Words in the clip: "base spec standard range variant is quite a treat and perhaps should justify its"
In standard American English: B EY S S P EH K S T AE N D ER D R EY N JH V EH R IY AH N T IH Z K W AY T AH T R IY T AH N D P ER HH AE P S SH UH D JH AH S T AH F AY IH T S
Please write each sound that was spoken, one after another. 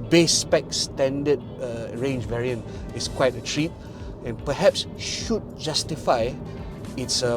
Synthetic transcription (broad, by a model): B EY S S P EH K S T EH N D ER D R EY N JH V EH R IY AH N T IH S K W AY T AH T R IY T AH N P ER HH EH P S SH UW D JH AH S T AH F AY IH T S